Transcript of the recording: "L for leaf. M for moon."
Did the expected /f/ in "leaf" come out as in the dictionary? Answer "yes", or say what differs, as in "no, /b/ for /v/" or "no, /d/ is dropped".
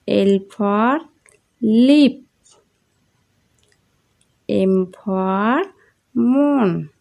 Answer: no, /p/ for /f/